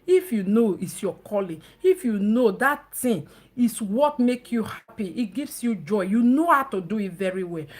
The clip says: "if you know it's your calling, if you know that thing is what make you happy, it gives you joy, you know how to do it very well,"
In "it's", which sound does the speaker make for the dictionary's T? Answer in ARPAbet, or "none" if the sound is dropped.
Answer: T